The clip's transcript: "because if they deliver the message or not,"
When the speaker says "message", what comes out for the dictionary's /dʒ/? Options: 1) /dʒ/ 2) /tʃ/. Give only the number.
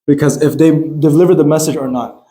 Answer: 1